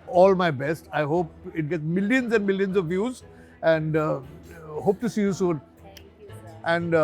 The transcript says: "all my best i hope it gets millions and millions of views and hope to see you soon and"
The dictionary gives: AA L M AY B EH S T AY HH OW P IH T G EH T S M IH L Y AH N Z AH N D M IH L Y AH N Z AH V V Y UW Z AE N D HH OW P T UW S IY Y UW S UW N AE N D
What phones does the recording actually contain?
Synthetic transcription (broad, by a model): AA L M AY B EH S T AY HH OW P IH T G EH T S M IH L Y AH N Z AH N D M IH L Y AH N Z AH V V Y UW Z AE N D HH OW P T UW S IY Y UW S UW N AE N D